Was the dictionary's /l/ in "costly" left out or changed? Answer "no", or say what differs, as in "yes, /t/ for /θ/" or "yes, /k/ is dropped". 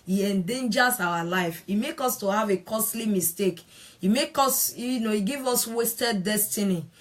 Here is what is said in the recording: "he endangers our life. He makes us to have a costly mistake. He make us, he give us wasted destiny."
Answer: no